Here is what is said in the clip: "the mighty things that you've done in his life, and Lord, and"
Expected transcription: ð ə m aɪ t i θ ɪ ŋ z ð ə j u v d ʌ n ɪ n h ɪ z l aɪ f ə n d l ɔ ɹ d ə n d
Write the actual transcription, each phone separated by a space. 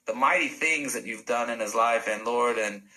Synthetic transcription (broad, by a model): ð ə m aɪ t i θ ɪ ŋ z ð ə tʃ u v d ʌ n ɪ n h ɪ z l aɪ f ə n l ɔ ɹ d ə n